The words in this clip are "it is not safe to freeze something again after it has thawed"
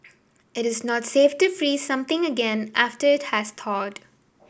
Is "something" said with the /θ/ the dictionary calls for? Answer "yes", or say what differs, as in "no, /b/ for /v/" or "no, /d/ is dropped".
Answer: no, /t/ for /θ/